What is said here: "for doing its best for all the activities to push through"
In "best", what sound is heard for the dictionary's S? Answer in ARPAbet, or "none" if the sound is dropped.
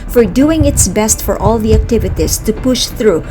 S